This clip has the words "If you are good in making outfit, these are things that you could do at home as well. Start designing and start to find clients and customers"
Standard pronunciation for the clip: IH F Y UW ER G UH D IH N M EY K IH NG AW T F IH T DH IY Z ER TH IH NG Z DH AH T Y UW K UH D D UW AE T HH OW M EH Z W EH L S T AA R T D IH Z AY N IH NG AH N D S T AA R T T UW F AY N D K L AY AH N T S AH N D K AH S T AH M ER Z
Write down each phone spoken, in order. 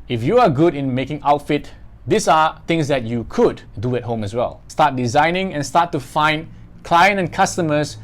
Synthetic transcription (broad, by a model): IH F Y UW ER G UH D IH N M EY K IH NG AW T F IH T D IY S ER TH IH NG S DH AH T Y UW K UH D D UW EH T HH OW M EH S W EH L S T AA T D IH Z AY N IH NG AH N S T AA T T UW F AY N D K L AY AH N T AH N K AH S T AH M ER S